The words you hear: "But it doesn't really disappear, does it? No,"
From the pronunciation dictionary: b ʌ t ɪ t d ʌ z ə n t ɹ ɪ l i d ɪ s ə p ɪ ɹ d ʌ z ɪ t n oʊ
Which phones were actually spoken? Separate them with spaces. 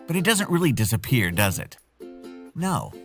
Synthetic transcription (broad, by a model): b ʌ t ɪ t d ʌ z ə n t ɹ ɪ l i d ɪ s ə p ɪ ɹ d ʌ z ɪ t n oʊ